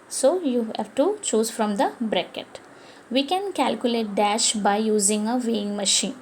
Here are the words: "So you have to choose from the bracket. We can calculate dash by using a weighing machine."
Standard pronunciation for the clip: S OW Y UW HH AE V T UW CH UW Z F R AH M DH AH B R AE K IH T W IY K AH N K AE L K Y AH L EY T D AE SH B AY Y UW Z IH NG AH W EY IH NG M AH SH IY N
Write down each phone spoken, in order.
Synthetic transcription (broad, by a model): S OW Y UW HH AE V T UW CH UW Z F R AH M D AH B R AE K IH T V IY K AH N K AE L K Y AH L EY T D AE SH B AY Y UW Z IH NG AH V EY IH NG M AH SH IY N